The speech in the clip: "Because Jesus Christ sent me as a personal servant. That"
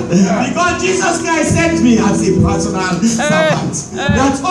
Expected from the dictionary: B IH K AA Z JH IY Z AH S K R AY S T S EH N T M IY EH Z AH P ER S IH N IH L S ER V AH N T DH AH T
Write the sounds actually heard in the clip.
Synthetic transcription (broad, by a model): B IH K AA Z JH IY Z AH S K R AY S T S EH N T M IY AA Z AH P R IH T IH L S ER B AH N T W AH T